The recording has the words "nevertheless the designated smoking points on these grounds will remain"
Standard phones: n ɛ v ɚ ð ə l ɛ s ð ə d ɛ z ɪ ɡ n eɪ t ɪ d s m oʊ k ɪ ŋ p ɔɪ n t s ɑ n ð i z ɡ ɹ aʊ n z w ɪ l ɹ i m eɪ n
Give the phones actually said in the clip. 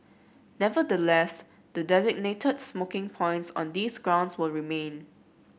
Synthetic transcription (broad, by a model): n ɛ v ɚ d ə l ɛ s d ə d ɛ z ɪ ɡ n eɪ t ɪ d s m oʊ k ɪ ŋ p ɔɪ n t s ɑ n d i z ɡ ɹ aʊ n s w ɪ l ɹ i m eɪ n